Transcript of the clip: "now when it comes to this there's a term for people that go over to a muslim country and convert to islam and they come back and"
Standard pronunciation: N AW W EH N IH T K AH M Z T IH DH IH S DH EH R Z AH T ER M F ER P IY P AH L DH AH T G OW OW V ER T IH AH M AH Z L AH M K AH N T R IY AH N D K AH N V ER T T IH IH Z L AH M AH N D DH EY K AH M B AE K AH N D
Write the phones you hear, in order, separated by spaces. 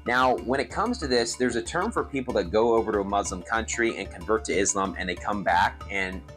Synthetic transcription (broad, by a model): N AW W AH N IH T K AH M Z T IH DH IH S DH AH R Z AH T ER M F ER P IY P L DH AH T G OW OW V ER T IH AH M AH Z L AH M K AH N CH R IY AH N K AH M V ER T T IH IH Z L AH M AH N DH EY K AH M B AE K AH N